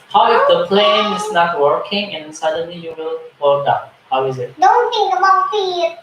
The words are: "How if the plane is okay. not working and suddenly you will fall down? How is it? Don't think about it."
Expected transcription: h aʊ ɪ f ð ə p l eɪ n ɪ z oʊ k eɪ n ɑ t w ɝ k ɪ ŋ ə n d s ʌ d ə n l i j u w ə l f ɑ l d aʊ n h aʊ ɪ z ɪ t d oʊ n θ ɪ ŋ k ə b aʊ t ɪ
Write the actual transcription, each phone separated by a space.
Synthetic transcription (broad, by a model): h aʊ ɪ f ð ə p l eɪ n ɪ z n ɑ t w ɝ k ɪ ŋ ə n s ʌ d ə n l i j u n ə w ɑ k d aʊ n h aʊ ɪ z ɪ t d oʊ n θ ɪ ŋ ə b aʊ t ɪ